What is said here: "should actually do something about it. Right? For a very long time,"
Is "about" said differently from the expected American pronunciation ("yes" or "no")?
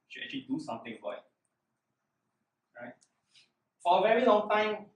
yes